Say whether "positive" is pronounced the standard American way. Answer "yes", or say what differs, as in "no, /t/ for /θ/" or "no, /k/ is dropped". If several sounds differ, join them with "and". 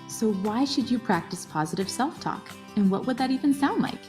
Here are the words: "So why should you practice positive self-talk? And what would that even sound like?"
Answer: yes